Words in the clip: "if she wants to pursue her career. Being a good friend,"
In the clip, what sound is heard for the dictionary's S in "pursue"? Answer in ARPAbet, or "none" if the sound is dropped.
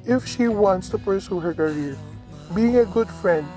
S